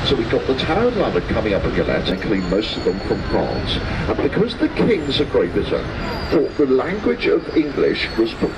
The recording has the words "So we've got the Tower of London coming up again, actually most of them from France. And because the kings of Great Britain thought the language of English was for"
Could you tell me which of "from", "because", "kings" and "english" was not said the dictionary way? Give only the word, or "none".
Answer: none